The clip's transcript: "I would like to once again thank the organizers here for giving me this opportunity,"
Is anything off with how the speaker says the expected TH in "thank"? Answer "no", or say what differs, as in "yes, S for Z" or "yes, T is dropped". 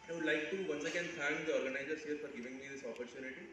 yes, F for TH